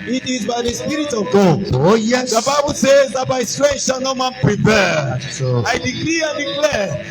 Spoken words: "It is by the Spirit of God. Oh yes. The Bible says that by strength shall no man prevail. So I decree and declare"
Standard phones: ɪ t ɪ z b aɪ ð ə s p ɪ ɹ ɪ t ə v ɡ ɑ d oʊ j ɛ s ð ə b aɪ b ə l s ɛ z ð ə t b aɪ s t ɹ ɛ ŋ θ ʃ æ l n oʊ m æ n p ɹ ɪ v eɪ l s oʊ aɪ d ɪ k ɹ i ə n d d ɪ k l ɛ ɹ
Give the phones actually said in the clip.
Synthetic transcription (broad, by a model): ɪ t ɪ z b aɪ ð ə s p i ɹ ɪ t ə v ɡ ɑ oʊ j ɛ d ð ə b aɪ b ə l s ɛ z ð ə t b aɪ s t ɹ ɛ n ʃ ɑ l n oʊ m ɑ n p ɹ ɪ p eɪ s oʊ aɪ d ɪ k ɹ i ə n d d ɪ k l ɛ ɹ